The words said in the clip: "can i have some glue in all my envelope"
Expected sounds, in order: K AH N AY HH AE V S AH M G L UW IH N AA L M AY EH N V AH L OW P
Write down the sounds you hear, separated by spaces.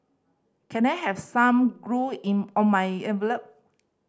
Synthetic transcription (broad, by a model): K AH N AY HH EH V S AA M G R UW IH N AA N M AY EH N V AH L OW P